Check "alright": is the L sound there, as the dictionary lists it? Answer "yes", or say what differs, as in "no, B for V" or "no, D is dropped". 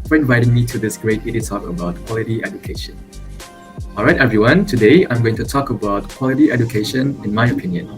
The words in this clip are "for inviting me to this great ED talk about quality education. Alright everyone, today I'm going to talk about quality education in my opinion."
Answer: yes